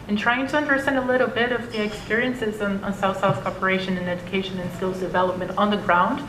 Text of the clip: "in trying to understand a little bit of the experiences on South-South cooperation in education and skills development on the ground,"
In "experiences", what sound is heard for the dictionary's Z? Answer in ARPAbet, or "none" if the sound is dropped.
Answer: Z